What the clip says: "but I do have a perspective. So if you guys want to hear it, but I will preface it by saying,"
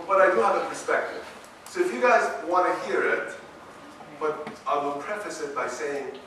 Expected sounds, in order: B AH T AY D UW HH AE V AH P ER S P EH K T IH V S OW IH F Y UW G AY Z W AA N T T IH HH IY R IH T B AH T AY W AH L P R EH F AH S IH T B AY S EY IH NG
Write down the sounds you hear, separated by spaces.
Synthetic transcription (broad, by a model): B AH T AY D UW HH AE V AH P ER S P EH K T IH V S OW IH F Y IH G AY Z W AA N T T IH HH IY R IH T B AH T AY W AH L P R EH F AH S IH T B AY S EY IH NG